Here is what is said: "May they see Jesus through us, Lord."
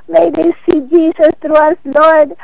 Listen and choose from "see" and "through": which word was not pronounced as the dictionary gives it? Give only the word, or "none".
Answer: through